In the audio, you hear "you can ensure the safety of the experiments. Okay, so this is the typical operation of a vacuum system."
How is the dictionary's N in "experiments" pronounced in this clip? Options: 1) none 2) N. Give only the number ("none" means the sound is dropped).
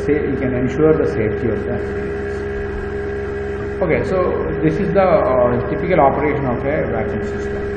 1